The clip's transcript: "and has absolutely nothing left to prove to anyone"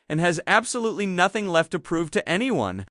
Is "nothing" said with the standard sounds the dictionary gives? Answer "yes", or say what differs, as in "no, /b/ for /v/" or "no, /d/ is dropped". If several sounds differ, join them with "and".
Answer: yes